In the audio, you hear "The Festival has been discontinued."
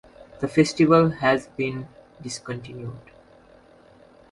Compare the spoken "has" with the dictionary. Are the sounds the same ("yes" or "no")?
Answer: yes